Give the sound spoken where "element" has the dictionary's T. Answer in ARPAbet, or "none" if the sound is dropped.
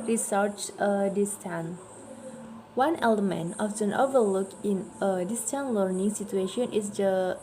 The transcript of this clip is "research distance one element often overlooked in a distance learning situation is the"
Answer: none